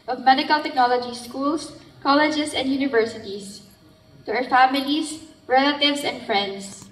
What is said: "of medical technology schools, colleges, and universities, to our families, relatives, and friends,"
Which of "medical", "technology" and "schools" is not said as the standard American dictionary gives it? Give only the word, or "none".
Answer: schools